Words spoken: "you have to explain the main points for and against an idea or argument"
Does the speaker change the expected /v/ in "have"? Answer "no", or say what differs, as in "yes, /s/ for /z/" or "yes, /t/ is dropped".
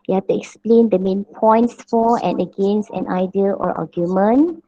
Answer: yes, /f/ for /v/